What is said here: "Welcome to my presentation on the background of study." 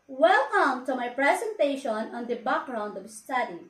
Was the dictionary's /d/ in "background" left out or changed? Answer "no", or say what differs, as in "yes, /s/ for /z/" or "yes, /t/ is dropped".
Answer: no